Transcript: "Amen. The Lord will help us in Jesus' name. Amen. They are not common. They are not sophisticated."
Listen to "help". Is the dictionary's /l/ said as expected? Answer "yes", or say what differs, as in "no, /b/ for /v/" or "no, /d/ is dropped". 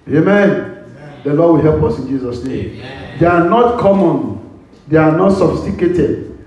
yes